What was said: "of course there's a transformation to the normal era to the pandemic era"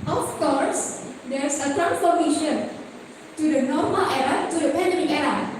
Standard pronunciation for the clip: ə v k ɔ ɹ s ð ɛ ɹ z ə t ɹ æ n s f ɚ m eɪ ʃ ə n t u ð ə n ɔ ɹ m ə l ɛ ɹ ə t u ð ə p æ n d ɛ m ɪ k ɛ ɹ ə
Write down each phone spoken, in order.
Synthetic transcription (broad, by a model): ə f k ɔ ɹ s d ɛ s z ə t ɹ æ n f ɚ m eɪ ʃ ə n t u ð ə n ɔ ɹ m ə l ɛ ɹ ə t u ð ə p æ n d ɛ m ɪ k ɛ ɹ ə